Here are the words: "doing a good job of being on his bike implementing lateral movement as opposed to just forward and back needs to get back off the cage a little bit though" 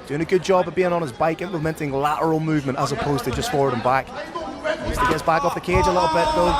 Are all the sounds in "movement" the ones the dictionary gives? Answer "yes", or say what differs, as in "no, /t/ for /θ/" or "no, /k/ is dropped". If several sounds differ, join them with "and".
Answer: yes